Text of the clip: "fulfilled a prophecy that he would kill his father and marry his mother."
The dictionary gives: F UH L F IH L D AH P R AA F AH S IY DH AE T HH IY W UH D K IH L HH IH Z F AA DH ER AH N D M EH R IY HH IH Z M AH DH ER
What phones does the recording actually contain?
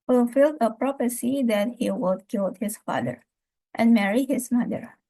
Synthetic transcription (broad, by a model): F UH L F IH L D AH P R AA P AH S IY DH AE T HH IY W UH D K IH L HH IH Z F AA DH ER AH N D M EH R IY HH IH Z M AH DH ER